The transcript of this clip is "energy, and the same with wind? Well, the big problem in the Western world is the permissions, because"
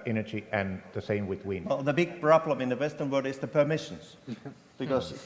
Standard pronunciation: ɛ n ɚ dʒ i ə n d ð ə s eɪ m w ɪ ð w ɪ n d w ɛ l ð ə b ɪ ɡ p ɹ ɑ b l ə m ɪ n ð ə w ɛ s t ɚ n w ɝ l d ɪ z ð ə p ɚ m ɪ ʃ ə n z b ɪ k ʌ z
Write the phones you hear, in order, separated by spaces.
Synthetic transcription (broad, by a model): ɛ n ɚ dʒ i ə n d ð ə s eɪ m w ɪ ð w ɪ n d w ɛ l ð ə b ɪ ɡ b ɹ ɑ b l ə m ɪ n ð ə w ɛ s t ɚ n w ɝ l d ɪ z ð ə p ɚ m ɪ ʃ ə n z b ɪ k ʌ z